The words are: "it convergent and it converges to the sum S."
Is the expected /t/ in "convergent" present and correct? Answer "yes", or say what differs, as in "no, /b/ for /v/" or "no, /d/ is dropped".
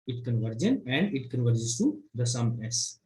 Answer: no, /t/ is dropped